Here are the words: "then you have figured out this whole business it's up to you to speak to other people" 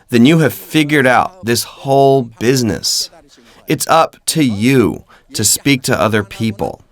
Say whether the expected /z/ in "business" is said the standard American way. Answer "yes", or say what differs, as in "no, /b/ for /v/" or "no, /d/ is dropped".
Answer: yes